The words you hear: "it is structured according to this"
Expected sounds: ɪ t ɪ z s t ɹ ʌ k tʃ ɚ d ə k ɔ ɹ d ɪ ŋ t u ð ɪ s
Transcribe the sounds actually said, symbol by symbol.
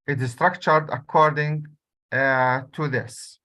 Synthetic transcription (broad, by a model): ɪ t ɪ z s t ɹ ʌ k tʃ ɚ d ə k ɔ ɹ d ɪ ŋ t u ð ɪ s